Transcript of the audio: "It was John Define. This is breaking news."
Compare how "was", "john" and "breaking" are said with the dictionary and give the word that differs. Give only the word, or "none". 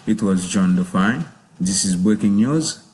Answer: breaking